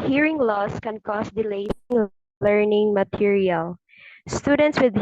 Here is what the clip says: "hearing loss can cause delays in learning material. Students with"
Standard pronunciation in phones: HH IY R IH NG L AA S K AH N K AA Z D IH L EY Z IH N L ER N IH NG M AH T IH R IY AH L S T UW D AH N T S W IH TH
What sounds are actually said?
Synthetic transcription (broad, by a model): HH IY R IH NG L AA S K AH N K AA S D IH L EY IH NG L ER N IH NG M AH T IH R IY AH L S T UW D AH N T S W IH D